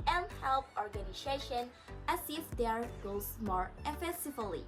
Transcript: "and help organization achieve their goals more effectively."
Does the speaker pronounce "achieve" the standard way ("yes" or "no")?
no